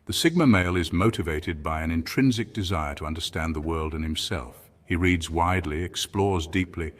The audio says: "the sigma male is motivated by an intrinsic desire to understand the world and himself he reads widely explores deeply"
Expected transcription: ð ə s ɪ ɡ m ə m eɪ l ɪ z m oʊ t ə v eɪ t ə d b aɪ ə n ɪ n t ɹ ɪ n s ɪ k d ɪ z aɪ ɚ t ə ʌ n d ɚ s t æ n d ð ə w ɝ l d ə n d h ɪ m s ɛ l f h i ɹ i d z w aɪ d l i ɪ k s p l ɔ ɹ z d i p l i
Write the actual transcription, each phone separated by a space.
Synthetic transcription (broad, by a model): ð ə s ɪ ɡ m ə m eɪ l ɪ z m oʊ t ə v eɪ t ə d b aɪ ə n ɪ n t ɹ ɪ n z ɪ k d ɪ z aɪ ɚ t ə ʌ n d ɚ s t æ n ð ə w ɝ l d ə n h ɪ m s ɛ l f h i ɹ i d z w aɪ d l i ɪ k s p l ɔ ɹ z d i p l i